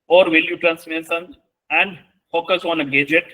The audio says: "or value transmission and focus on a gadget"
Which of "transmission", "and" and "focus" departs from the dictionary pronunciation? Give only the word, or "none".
transmission